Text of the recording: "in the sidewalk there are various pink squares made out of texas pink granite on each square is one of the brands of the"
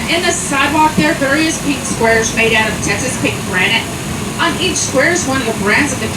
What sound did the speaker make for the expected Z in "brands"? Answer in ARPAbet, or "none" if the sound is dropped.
Z